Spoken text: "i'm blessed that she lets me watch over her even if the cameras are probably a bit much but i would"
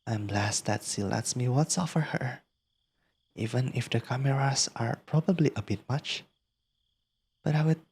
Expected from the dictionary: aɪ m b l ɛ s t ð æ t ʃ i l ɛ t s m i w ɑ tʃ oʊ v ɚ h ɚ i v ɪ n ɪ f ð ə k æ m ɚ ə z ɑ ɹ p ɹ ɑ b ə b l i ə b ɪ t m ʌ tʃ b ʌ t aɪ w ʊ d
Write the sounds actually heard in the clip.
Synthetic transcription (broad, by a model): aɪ m b l ɛ s t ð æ t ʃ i l ɛ t s m i w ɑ s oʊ f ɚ h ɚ i v ɪ n ɪ f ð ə k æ m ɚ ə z ɑ ɹ p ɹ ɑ b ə b l i ə b ɪ t m ʌ tʃ b ʌ t aɪ w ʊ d